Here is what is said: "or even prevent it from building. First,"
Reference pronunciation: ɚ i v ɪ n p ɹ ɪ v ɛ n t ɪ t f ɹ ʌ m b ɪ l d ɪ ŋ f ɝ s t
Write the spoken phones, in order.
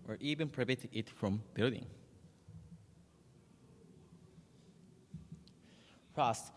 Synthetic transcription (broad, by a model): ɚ i v ɪ n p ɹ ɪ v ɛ t ɪ t f ɹ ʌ m b ɪ l d ɪ ŋ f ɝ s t